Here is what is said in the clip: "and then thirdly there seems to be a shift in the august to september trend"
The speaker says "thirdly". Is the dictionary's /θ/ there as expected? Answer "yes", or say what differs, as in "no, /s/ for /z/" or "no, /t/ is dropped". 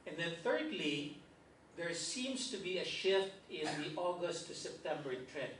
yes